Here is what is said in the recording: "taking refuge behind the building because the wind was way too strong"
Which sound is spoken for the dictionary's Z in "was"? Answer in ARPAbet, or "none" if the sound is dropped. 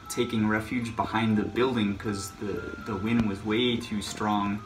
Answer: Z